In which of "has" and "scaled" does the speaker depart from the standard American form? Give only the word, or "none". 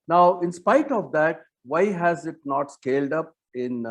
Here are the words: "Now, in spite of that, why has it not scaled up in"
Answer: none